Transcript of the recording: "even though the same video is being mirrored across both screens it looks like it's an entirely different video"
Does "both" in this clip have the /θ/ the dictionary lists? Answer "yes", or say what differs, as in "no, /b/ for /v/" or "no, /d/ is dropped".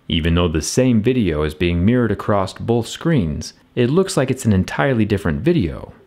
yes